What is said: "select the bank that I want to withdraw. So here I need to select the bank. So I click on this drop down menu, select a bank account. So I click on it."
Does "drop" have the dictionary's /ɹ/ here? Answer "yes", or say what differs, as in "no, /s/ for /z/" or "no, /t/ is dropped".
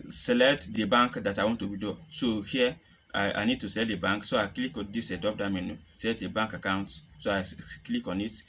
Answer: no, /ɹ/ is dropped